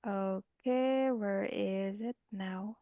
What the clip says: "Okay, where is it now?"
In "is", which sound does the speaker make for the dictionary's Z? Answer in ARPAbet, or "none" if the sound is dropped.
Z